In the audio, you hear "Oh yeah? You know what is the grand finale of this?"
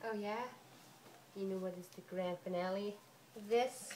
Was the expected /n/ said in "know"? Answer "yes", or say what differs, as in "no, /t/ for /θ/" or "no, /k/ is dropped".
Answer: yes